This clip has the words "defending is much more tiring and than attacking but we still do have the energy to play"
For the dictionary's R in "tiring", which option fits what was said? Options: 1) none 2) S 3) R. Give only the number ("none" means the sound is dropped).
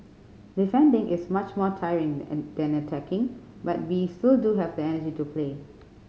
3